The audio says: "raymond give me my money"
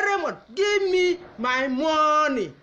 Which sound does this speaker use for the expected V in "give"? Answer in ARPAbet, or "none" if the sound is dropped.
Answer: B